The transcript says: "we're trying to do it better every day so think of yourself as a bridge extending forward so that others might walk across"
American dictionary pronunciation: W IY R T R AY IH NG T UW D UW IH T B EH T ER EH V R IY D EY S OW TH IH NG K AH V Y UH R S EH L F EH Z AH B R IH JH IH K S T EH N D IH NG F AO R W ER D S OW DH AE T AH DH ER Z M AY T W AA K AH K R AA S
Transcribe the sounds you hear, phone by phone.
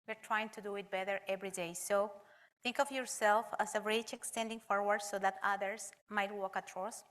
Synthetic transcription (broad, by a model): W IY R T R AY IH NG T UW D UW IH T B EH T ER EH V R IY D EY S OW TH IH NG K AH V Y UH R S EH L F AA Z AH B R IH CH IH K S T EH N D IH NG F AO R W ER D S OW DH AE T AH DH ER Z M AY T W AA K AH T R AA S